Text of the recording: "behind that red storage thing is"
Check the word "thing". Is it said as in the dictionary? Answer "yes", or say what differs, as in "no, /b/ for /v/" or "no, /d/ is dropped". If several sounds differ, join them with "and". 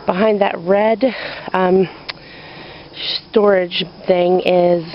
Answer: yes